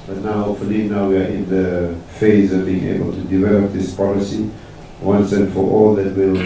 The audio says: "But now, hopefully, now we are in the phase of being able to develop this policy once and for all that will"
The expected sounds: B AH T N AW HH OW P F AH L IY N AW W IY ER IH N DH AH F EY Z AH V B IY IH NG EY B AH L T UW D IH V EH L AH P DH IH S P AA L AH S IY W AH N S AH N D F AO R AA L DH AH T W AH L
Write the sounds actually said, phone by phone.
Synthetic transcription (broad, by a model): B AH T N AW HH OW F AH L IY N AW W IY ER IH N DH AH F EY Z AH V B IY IH NG EY B AH L T UW D IH V EH L AH P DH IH S P AA L AH S IY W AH N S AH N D F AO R AA L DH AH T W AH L